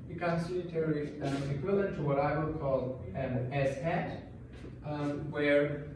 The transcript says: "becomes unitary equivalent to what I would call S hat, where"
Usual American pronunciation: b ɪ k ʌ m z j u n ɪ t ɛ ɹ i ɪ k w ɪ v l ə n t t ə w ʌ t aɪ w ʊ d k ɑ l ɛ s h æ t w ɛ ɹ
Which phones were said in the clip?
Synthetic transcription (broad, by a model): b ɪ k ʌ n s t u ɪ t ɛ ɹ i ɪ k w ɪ l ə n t t ə w ʌ t aɪ w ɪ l k ɑ l ɛ s h æ t w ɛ ɹ